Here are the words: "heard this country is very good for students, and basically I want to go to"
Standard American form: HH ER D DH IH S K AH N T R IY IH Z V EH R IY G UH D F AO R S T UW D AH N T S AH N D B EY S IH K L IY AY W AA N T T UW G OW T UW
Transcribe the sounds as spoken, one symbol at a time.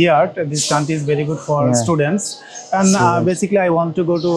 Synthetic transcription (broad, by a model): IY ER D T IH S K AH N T IY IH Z V EH R IY G UH D F AO R S T UW D AH N T S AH N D B EY S IH K L IY AY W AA N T T UW G OW T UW